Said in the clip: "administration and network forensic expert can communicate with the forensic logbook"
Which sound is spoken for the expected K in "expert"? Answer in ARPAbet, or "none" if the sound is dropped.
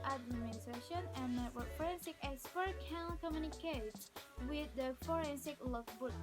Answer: none